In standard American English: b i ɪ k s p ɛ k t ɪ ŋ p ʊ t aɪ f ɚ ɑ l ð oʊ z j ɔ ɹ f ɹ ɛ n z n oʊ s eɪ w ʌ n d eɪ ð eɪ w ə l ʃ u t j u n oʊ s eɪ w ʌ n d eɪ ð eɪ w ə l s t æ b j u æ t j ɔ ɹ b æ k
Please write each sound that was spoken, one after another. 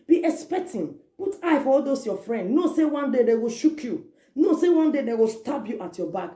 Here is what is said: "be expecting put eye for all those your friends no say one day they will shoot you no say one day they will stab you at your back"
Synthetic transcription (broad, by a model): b i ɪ k s p ɛ k t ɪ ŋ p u t aɪ f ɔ ɑ l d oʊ s j ɔ f ɹ ɛ n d n oʊ s eɪ w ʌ n d eɪ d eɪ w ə ʃ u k j u n oʊ s eɪ w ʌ n d eɪ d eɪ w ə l s t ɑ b j u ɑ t j ɔ b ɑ k